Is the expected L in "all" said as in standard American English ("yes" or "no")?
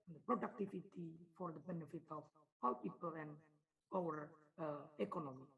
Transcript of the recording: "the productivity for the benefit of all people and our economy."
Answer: no